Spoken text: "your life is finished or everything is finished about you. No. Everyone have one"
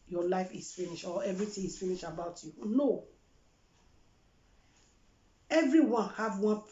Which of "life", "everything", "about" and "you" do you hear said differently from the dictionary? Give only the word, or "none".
everything